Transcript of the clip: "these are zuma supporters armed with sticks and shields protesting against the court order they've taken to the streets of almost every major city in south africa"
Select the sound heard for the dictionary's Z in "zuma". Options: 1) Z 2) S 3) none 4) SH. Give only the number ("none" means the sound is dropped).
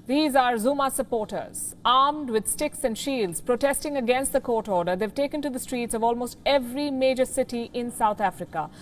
1